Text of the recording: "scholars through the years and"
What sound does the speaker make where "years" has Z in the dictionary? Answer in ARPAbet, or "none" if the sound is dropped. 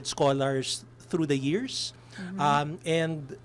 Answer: S